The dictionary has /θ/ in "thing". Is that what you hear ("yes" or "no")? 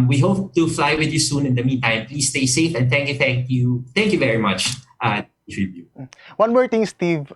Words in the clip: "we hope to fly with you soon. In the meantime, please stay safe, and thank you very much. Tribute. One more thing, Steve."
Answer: no